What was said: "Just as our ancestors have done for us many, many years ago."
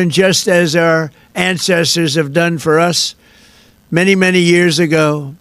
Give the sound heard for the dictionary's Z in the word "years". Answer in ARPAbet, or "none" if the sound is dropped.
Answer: Z